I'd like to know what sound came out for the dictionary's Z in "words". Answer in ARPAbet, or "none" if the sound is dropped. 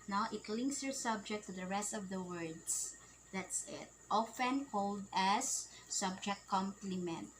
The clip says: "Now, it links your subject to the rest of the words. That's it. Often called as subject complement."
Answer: S